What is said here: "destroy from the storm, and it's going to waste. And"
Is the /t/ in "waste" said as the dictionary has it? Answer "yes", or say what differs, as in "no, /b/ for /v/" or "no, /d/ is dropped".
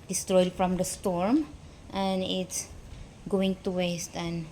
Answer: yes